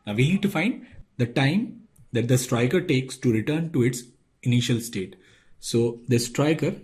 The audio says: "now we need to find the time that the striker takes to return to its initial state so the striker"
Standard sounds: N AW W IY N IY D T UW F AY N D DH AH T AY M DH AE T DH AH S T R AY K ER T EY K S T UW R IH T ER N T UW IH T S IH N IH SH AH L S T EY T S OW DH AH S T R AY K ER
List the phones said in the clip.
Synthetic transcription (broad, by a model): N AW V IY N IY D T UW F AY N D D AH T AY M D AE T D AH S T R AY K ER T EY K S T UW R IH T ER N T UW IH T S IH N IH SH AH L S T EY T S OW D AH S T R AY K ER